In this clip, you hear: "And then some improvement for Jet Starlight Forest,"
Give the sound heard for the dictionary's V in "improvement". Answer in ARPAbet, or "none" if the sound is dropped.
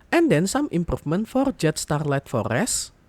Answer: F